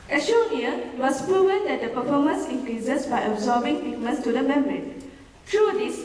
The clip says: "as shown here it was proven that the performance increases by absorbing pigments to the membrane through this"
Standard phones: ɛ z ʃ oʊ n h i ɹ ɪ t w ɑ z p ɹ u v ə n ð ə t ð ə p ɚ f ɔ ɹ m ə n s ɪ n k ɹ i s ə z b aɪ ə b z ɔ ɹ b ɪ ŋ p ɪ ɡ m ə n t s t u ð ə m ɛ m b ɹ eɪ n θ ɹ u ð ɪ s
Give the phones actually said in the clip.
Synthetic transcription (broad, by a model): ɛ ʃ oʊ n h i ɪ t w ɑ s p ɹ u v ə n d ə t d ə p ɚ f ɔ m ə n s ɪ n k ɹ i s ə s b aɪ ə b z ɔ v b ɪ ŋ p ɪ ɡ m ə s t u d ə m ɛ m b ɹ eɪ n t ɹ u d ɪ s